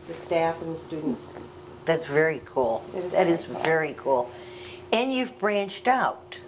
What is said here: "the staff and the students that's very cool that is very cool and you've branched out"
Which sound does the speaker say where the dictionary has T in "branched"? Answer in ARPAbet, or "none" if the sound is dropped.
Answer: T